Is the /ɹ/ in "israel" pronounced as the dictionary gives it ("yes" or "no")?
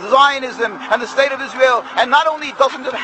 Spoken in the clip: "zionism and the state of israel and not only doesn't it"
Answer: yes